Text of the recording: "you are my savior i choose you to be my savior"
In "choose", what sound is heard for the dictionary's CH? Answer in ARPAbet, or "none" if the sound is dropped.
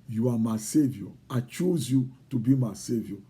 CH